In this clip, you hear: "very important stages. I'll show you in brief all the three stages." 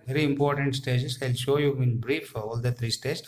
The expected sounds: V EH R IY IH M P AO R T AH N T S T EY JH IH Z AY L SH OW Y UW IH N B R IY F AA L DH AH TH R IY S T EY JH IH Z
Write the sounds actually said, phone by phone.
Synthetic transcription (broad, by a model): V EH R IY IH M P AO R T AH N T S T EY JH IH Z AY L SH OW Y UW IH N B R IY F AA L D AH T R IY S T EY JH